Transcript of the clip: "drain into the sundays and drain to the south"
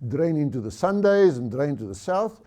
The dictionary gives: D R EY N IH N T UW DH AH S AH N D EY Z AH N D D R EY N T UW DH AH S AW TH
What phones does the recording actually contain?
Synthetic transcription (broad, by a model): D R EY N IH N T UW DH AH S AH N D EY Z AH N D D R EY N T UW DH AH S AW TH